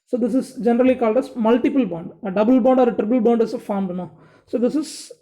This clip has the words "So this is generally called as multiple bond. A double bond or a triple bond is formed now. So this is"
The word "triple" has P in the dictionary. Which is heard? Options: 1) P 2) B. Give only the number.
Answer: 2